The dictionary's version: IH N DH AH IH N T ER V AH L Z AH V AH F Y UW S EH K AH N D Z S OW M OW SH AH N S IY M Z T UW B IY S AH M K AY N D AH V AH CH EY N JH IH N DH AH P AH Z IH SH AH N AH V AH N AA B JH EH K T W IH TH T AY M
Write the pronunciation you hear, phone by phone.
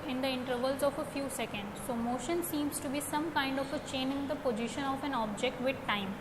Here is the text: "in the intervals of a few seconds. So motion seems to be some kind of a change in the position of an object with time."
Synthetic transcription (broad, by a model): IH N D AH IH N T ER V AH L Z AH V AH F Y UW S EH K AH N D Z S OW M OW SH AH N S IY M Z T UW B IY S AH M K AY N D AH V AH CH EY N IH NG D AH P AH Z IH SH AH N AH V AH N AA B JH EH K T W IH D T AY M